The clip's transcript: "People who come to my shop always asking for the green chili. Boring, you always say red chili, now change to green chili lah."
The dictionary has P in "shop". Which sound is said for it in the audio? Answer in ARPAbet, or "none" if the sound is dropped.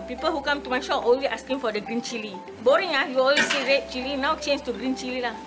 none